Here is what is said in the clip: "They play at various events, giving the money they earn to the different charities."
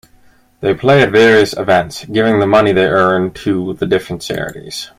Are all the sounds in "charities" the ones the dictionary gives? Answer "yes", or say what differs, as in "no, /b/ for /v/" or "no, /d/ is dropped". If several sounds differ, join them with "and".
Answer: no, /s/ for /tʃ/